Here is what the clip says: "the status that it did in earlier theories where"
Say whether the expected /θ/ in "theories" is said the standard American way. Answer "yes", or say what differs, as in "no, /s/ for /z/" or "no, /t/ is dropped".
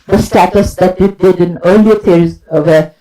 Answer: no, /t/ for /θ/